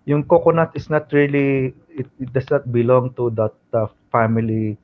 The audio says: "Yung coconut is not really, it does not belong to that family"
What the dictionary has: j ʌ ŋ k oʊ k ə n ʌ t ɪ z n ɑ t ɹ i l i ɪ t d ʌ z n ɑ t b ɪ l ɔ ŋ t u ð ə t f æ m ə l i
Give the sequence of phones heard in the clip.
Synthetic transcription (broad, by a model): j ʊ ŋ k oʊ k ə n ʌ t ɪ s n ɑ t ɹ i l i ɪ t d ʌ s n ɑ t b ɪ l ɔ ŋ t u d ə t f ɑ m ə l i